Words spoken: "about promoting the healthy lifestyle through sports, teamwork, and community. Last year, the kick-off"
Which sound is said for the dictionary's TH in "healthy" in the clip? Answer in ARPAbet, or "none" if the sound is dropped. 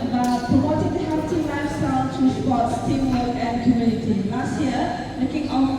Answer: T